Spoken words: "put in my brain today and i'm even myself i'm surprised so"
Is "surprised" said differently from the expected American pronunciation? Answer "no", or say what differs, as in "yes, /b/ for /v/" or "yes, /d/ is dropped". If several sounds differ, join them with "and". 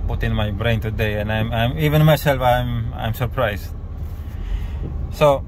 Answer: yes, /s/ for /z/